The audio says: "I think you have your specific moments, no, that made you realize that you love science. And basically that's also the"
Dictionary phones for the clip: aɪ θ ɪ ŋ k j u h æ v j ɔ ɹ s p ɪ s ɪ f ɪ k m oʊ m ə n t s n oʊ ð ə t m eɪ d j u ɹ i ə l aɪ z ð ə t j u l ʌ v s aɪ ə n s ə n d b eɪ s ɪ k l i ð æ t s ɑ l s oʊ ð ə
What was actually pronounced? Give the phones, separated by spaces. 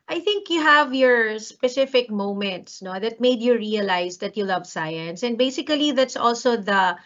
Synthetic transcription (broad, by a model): aɪ θ ɪ ŋ k j u h æ v j ɔ ɹ s p ɪ s ɪ f ɪ k m oʊ m ə n t s n oʊ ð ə t m eɪ d j u ɹ i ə l aɪ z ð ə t j u l ʌ v s aɪ ə n s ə n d b eɪ s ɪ k l i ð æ t s ɑ l s oʊ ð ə